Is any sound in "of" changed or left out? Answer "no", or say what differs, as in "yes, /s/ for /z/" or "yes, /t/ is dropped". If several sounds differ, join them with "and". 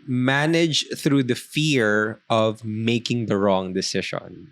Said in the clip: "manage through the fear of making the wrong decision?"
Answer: no